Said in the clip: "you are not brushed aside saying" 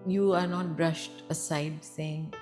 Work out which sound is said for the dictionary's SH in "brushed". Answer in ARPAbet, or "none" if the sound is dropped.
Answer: SH